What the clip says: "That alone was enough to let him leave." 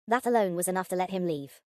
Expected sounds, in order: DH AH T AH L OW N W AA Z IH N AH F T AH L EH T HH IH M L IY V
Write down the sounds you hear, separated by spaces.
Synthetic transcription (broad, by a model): DH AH T AH L OW N W AA Z IH N AH F T AH L EH T HH IH M L IY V